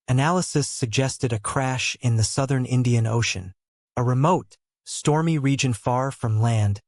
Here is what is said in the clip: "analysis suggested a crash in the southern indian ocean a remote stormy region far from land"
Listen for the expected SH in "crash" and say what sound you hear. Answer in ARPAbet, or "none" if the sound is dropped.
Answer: SH